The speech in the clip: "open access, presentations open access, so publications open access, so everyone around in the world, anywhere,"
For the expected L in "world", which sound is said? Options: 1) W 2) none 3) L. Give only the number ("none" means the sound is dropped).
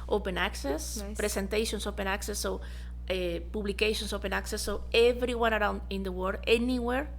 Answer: 2